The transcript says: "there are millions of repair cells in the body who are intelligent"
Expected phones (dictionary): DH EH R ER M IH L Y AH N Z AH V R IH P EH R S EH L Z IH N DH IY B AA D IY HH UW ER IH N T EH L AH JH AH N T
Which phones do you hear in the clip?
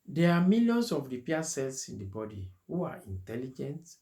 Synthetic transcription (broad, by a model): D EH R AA M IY L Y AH N S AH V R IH P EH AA S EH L S IH N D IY B AA D IY HH UW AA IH N T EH L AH JH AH N T